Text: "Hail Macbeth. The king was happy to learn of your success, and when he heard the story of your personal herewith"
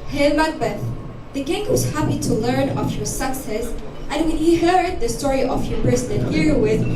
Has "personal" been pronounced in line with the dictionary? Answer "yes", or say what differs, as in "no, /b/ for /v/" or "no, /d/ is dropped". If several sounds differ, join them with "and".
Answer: no, /n/ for /l/